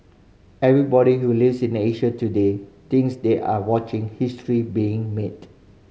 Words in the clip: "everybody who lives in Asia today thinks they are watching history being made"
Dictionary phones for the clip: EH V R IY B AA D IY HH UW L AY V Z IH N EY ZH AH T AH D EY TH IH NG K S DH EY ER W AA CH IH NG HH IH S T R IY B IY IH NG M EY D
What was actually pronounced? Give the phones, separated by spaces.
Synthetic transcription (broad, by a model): EH V R IY B AA D IY HH UW L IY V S IH N EY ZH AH T AH D EY T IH NG S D EY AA W AA CH IH NG HH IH S T R IY B IY IH NG M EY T